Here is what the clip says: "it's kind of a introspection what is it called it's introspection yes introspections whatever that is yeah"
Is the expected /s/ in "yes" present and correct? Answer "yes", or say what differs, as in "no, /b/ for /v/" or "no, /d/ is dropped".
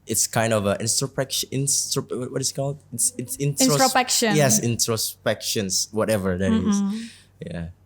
yes